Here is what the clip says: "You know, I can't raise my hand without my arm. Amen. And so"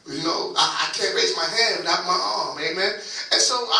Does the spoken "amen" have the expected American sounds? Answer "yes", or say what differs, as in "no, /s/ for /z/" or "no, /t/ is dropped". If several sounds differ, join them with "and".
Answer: yes